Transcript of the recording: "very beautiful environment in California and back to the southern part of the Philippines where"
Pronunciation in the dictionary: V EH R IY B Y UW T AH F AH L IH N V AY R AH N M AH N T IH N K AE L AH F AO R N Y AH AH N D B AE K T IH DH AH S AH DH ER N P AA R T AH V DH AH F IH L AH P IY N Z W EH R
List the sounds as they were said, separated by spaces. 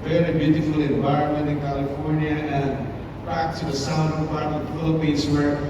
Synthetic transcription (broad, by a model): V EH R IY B Y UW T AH F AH L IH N V AY R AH N M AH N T IH N K AE L AH F AO R N Y AH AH N B AE K T IH DH AH S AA UH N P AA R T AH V F IH L AH P IY N Z W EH R